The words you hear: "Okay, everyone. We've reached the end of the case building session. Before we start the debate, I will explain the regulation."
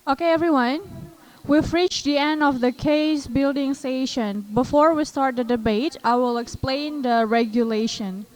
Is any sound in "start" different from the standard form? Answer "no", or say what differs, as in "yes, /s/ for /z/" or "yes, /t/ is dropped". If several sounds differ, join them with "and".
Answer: no